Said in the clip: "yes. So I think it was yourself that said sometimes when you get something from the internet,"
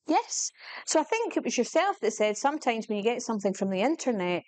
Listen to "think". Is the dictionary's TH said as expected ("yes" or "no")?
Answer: yes